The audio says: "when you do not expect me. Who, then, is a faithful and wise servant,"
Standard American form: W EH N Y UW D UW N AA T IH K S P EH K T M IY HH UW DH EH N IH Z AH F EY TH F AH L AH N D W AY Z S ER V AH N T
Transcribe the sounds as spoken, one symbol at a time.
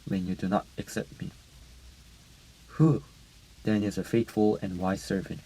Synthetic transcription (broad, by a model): W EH N Y UW D UW N AA T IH K S EH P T M IY HH UW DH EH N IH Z AH F EY T F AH L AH N W AY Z S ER V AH N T